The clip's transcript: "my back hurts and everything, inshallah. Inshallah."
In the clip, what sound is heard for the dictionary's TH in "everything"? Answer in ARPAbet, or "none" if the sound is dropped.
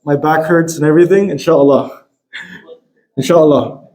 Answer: TH